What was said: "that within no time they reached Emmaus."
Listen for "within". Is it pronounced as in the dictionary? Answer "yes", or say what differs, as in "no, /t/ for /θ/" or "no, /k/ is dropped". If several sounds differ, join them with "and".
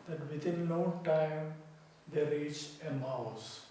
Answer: no, /t/ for /θ/